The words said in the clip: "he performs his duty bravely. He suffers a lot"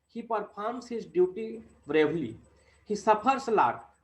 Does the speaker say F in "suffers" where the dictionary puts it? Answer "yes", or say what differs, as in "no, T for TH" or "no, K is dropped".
no, P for F